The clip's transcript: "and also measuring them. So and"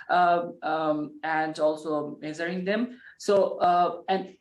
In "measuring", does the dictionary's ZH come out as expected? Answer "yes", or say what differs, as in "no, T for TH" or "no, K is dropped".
no, Z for ZH